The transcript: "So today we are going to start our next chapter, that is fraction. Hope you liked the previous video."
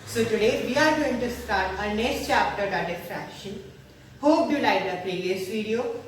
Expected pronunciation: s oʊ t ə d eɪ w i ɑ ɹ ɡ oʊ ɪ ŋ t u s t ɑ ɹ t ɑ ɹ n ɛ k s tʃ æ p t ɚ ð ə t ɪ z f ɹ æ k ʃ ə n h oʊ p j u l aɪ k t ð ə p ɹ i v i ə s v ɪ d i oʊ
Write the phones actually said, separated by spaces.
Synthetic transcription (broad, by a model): s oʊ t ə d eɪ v i ɑ ɹ ɡ oʊ ɪ ŋ t u s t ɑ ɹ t ɑ ɹ n ɛ k s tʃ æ p t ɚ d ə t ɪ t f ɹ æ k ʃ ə n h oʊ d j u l aɪ t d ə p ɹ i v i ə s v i d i oʊ